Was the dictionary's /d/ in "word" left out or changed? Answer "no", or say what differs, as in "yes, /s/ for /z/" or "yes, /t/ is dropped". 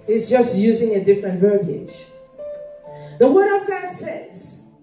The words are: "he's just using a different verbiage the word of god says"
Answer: no